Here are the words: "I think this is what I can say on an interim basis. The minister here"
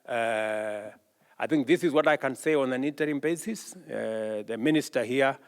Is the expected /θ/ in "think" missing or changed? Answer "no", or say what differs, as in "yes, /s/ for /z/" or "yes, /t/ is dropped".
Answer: no